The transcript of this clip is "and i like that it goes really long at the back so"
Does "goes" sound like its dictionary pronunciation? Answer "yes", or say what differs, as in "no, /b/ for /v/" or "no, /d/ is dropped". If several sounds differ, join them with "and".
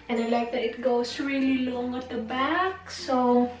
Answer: no, /s/ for /z/